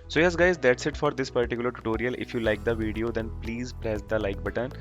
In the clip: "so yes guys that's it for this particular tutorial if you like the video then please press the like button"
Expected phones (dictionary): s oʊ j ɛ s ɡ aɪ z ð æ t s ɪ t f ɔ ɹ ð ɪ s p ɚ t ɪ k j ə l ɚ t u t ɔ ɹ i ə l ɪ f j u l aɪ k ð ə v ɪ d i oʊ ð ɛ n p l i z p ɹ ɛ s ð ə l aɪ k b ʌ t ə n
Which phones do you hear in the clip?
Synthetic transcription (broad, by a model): s oʊ j ɛ s ɡ aɪ z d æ t s ɪ t f ɔ ɹ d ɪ s p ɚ t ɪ k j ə l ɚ t u t ɔ ɹ i ə l ɪ f j u l aɪ k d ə v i d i oʊ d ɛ n p l i z p ɹ ɛ s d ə l aɪ k b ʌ t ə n